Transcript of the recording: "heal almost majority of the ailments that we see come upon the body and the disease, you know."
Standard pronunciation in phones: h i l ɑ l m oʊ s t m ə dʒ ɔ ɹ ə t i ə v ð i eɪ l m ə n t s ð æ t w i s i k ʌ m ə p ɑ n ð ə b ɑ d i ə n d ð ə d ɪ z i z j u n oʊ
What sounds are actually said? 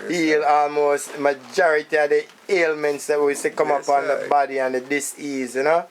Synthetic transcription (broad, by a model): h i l ɑ l m oʊ s t m ə dʒ ɔ ɹ ə t i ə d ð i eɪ l m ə n t s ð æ t w i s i k ʌ m ə p ɑ n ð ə b ɑ d i ə n d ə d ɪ s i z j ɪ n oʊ